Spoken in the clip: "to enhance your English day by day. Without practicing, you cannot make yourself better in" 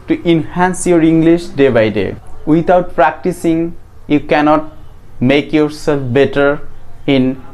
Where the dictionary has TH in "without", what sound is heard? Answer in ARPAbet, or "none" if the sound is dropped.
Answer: T